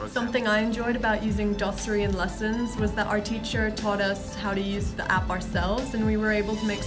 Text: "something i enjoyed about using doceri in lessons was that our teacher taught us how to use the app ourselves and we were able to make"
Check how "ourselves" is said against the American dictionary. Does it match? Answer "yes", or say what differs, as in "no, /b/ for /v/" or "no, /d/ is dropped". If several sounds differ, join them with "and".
yes